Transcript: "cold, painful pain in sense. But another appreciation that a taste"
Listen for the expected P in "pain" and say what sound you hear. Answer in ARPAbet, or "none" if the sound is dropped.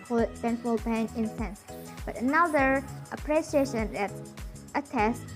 B